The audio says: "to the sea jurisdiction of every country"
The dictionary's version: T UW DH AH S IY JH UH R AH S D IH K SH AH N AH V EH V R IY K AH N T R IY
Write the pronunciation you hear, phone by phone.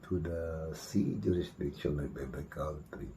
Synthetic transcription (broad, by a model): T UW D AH S IY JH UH R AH S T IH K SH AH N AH B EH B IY K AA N T R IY